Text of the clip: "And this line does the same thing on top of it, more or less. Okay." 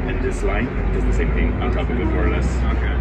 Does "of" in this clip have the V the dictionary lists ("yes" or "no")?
no